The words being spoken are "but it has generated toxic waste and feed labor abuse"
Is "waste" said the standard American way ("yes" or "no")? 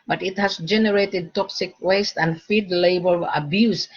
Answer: yes